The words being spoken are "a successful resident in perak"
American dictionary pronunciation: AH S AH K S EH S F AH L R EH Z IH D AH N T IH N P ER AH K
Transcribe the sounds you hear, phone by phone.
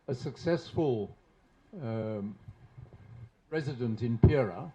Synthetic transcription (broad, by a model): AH S AH K S EH S F AH L R EH Z IH D AH N T IH N P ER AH